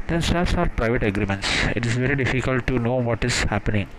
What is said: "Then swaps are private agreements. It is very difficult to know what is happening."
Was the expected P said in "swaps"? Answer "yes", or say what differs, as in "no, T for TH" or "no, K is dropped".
no, P is dropped